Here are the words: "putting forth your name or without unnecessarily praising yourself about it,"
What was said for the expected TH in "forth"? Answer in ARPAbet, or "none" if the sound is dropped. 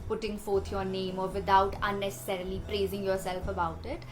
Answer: T